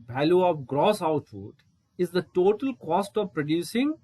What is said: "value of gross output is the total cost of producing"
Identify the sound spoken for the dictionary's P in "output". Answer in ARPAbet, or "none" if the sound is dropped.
F